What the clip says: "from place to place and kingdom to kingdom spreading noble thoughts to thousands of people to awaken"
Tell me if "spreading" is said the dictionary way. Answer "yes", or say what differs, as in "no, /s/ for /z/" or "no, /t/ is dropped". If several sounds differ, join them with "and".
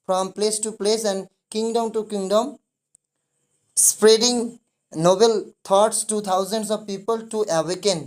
yes